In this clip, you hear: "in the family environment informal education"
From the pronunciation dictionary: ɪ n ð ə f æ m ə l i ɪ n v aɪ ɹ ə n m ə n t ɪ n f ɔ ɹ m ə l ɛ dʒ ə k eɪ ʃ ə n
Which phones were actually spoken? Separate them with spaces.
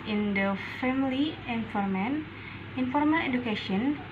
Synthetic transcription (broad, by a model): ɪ n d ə f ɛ m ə l i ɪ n f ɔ ɹ m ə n ɪ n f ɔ ɹ m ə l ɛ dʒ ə k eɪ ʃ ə n